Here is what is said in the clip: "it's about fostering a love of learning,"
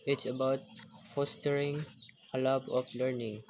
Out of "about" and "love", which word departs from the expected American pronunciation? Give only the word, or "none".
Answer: love